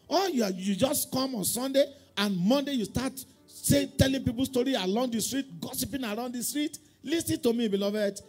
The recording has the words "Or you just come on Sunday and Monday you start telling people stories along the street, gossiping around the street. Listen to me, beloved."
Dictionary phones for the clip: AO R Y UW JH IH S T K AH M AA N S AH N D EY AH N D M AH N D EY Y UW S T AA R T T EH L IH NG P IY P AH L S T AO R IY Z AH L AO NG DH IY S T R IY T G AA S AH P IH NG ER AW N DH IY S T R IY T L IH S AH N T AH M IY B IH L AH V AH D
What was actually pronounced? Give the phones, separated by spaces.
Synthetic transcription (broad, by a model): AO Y Y UW JH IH S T K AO M AA N S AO N D EY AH N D M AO N D EY Y UW S T AA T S T EH L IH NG P IY P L S T AO R IY AH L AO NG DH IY S T R IY T G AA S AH P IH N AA AW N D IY S T R IY T L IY S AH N T AH M IY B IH L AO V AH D